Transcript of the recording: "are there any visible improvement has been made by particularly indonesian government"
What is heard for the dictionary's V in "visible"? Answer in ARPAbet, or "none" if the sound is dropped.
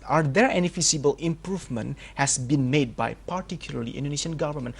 F